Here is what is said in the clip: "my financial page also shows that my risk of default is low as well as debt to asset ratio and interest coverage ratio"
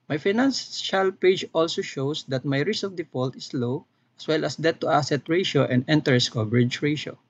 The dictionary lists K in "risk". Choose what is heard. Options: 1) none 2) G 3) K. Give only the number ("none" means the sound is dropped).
1